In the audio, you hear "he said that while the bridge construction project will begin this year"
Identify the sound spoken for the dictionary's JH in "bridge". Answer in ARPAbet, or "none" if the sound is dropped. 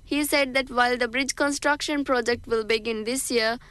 JH